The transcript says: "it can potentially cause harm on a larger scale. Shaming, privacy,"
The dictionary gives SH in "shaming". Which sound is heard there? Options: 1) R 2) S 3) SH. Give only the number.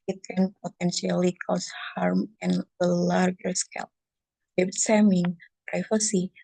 2